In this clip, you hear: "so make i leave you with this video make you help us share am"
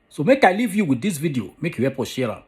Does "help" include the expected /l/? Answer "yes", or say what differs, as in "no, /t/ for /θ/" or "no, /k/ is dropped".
no, /l/ is dropped